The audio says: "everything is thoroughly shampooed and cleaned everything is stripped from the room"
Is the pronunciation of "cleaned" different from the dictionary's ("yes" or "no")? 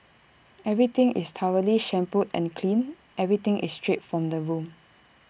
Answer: yes